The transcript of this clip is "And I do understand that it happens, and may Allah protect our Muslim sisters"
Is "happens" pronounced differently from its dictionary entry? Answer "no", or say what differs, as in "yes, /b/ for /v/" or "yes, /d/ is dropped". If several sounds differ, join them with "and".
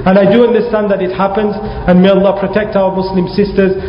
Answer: no